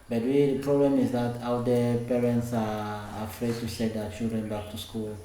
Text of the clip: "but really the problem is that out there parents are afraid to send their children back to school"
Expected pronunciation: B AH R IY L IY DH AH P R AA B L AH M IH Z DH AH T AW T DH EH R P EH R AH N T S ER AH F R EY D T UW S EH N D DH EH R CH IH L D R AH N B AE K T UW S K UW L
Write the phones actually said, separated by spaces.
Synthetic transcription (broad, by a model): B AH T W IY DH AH P R AA B L AH M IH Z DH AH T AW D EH P EH R AH N T S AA AH F R EY D T UW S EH D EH CH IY L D R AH N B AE K T UW S K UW L